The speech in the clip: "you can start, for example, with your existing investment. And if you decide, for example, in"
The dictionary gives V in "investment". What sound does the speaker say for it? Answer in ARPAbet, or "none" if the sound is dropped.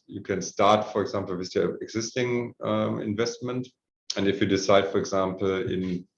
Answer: V